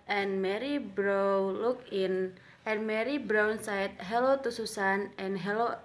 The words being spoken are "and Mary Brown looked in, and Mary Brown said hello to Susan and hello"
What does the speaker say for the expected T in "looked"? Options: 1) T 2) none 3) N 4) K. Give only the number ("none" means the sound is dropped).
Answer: 2